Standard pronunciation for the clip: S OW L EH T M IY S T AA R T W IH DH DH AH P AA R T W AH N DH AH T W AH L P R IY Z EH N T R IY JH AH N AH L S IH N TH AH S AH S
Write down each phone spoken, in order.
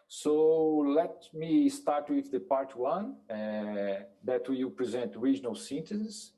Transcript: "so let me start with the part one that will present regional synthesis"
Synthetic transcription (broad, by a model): S OW L EH T M IY S T AA R T W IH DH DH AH P AA R T W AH N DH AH T W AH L P R IY Z EH N T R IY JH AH N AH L S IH N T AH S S